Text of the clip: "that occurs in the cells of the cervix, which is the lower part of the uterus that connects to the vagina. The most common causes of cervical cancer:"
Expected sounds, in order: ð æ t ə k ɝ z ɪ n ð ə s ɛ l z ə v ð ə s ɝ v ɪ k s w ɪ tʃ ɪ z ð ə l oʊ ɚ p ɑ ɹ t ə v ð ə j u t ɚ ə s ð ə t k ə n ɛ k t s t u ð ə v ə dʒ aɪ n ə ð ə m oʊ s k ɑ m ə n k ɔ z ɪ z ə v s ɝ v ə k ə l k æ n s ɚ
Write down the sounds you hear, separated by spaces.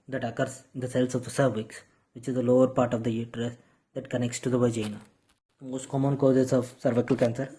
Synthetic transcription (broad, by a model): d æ t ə k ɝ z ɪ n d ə s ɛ l s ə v s ɝ v ɪ k s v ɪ tʃ ɪ z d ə l oʊ ɚ p ɑ ɹ t ə v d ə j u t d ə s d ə t k ə n ɛ k t s t u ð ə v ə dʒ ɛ n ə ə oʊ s k ɑ m ə n k ɔ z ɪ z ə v s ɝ v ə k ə l k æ n s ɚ